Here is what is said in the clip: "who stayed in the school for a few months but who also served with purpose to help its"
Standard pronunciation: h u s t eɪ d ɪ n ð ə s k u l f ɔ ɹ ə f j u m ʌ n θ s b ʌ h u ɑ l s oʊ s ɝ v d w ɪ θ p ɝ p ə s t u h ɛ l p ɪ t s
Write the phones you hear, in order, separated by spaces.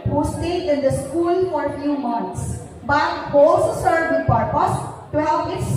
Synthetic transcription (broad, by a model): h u s t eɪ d ɪ n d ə s k u l f ɔ ɹ ə f j u m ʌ n t s b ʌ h ɑ l s oʊ s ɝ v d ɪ p ɝ p ə s t u h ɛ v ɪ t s